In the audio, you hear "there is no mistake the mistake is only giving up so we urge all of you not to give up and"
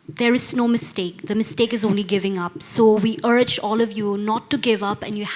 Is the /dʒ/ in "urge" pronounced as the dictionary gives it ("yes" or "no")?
yes